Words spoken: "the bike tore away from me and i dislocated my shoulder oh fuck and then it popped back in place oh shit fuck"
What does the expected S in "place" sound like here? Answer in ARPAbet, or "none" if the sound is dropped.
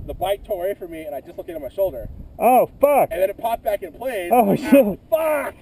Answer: none